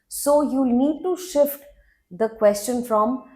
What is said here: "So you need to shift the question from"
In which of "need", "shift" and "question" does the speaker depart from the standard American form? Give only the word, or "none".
none